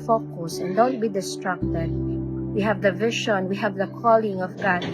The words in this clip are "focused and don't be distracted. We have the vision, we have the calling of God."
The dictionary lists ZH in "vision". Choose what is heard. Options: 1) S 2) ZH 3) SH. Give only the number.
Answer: 3